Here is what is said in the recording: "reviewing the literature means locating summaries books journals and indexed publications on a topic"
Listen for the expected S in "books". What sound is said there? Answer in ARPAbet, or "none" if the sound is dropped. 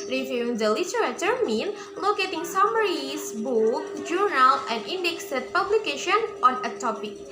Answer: none